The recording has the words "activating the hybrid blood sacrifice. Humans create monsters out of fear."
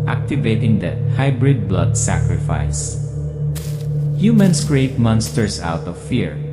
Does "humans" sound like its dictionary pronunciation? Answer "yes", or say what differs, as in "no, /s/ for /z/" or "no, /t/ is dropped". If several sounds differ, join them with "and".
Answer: no, /s/ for /z/